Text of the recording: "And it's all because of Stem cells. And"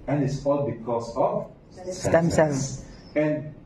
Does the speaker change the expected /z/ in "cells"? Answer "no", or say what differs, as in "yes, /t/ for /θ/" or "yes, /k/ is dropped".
yes, /z/ is dropped